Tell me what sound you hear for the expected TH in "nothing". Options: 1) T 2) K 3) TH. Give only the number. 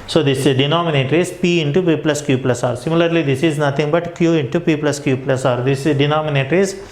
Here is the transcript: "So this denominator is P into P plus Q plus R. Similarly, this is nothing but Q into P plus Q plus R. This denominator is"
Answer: 1